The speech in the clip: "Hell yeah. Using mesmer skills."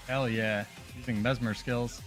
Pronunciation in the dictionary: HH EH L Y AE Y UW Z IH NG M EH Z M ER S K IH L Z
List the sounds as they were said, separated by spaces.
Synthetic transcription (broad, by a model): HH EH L Y AE Y UW Z IH NG M EH Z M ER S K IH L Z